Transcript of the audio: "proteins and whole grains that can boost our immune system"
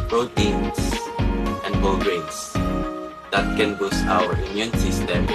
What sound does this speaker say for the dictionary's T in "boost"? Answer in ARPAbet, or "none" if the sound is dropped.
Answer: none